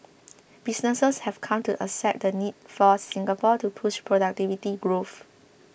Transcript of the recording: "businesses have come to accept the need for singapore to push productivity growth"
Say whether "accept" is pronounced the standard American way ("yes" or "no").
no